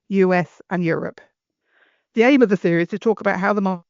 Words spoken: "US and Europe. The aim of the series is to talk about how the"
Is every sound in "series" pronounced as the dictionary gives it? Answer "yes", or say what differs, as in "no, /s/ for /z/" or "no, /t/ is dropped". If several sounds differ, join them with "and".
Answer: no, /θ/ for /s/ and /ɹ/ is dropped